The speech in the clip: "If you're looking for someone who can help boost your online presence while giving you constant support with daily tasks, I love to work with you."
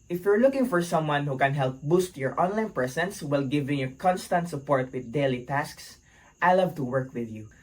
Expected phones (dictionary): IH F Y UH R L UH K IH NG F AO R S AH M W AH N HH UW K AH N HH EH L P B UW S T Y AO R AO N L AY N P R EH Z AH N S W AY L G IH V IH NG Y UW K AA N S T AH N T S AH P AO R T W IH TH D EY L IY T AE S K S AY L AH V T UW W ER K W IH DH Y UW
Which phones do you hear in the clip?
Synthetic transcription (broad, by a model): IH F Y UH R L UH K IH NG F AO R S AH M W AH N HH UW K AH N HH EH L P B UW S T Y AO R AO N L AY N P R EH S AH N S W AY L G IH V IH NG Y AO K AA N S T AH N T S AH P AO R T W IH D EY L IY T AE S K S AY L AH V T UW W ER K W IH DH Y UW